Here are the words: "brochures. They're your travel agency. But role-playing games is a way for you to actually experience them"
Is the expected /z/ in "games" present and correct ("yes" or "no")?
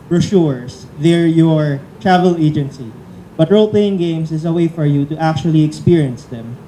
no